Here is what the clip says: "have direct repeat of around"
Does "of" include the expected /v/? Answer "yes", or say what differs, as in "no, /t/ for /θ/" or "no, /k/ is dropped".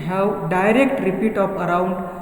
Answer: no, /p/ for /v/